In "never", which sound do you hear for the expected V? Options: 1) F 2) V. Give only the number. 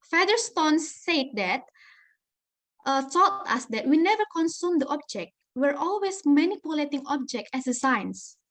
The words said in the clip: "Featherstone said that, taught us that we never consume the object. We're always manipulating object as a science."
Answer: 2